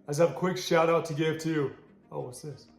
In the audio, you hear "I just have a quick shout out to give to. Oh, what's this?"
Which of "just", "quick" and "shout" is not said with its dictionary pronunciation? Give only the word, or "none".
just